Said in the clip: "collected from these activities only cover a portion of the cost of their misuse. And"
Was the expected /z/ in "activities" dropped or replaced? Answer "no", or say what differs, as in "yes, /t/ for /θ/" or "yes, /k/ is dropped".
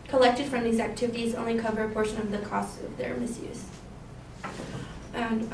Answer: no